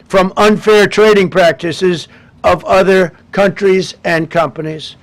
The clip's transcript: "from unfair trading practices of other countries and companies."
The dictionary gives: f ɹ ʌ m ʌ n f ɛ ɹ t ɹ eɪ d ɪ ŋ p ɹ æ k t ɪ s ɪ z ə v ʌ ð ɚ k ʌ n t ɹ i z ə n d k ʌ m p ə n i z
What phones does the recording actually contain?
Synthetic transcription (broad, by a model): f ɹ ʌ m ʌ n f ɛ ɹ t ɹ eɪ d ɪ ŋ p ɹ æ k t ɪ s ɪ z ə v ʌ ð ɚ k ʌ n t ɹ i z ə n k ʌ m p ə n i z